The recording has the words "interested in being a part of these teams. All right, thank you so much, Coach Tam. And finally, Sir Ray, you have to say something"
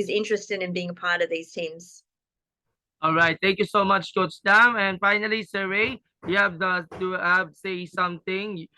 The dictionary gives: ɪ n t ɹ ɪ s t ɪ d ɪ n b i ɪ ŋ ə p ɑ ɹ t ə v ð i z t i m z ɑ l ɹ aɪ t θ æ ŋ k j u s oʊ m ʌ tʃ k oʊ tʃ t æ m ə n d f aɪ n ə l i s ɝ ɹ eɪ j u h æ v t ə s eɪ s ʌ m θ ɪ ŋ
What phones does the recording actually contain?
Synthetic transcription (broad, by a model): ɪ n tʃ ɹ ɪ s t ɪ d ɪ n b i ɪ ŋ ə p ɑ ɹ t ə v ð i z t i m z ɑ l ɹ aɪ t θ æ ŋ k j u s oʊ m ʌ tʃ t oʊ s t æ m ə n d f aɪ n ə l i s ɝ ɹ eɪ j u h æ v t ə s eɪ s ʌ m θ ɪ ŋ